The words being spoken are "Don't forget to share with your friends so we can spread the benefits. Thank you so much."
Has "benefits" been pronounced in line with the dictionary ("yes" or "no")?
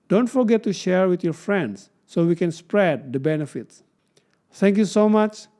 yes